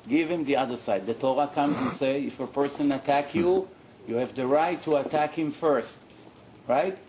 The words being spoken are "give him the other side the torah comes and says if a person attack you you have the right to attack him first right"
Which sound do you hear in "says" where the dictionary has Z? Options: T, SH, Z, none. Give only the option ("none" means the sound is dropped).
none